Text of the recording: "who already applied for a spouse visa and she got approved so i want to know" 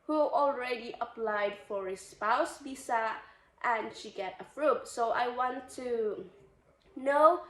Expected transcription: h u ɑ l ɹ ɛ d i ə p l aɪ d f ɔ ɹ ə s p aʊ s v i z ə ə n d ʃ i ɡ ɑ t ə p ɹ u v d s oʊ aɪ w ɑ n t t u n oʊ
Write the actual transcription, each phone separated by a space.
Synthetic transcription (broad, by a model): h u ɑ l ɹ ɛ d i ə p l aɪ d f ɔ ɹ ə s p aʊ s b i s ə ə n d ʃ i ɡ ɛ t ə f ɹ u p s oʊ aɪ w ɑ n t t u n oʊ